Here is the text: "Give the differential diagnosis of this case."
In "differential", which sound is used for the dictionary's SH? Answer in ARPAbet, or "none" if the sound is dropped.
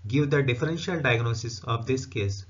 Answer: SH